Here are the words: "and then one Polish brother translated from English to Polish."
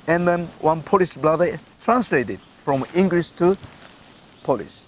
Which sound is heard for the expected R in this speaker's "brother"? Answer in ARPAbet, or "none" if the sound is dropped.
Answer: L